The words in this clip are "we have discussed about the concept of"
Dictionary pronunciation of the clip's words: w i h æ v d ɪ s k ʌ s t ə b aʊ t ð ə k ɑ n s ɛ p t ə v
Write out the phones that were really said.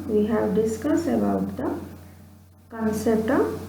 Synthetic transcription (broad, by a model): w i h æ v d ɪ s k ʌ s ə b aʊ t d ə k ɑ n s ɛ p t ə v